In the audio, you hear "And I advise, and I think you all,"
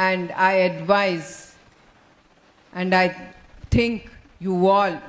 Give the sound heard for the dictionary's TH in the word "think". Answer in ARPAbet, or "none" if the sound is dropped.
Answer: T